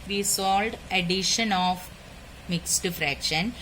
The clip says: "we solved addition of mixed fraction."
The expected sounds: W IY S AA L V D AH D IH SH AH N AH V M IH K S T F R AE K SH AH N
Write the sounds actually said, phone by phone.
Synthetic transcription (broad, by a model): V IY S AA L D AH D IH SH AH N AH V M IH K S T F R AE K SH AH N